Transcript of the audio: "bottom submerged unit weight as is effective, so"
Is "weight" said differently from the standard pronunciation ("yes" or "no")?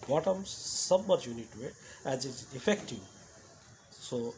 yes